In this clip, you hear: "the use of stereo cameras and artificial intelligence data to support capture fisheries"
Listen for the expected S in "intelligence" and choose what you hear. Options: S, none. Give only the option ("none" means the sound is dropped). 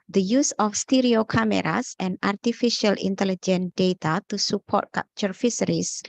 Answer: none